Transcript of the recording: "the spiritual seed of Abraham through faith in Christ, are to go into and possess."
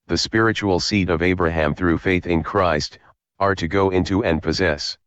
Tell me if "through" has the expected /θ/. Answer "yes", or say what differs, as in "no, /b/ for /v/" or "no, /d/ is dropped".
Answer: yes